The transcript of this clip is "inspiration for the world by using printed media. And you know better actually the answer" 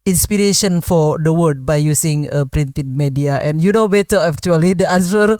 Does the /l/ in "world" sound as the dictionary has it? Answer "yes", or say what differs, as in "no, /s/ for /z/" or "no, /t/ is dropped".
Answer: no, /l/ is dropped